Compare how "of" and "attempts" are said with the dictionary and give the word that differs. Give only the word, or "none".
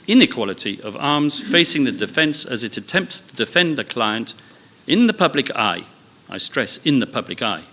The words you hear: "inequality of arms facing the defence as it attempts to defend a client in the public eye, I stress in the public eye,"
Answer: none